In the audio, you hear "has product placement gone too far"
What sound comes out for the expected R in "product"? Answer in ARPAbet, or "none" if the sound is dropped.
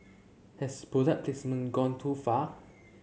none